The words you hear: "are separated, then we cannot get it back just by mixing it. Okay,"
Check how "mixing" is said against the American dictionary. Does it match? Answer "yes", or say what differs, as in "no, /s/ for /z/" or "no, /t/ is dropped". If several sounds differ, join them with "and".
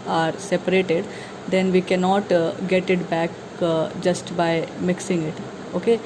yes